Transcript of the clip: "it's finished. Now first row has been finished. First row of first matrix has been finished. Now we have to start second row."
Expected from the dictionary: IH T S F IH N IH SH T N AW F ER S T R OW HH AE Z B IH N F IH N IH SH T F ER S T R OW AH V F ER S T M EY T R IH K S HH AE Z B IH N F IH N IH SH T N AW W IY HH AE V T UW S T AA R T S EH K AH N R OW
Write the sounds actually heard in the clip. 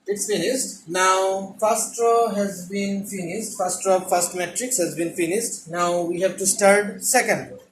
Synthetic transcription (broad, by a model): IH T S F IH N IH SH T N AW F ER S T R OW HH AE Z B IH N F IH N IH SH T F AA S T R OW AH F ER S T M EY T R IH K S HH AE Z B IH N F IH N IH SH T N AW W IY HH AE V T UW S T AA R T S EH K AH N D